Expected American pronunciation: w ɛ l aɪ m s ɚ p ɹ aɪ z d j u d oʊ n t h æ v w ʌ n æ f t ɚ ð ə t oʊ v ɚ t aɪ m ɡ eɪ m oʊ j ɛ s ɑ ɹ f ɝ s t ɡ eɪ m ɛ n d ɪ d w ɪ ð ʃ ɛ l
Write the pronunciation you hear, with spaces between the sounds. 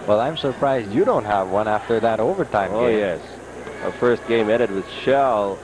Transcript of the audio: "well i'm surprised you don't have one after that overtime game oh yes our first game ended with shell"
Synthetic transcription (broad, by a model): w ɛ l aɪ m s ɚ p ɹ aɪ z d j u d oʊ n t h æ v w ʌ n æ f t ɚ ð ə t oʊ v ɚ t aɪ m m oʊ j ɛ s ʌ f ɝ s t ɡ eɪ m ɛ d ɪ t w ɪ ð ʃ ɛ l